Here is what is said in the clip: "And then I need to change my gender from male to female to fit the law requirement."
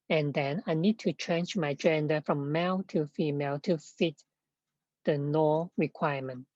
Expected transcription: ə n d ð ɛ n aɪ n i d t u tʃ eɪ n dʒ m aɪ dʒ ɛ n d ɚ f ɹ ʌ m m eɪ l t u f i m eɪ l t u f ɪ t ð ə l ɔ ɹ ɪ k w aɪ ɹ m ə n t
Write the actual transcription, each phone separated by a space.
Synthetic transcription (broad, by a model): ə n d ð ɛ n aɪ n i d t u tʃ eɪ n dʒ m aɪ dʒ ɛ n d ɚ f ɹ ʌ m m eɪ l t u f i m eɪ l t u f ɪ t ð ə n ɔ ɹ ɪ k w aɪ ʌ m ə n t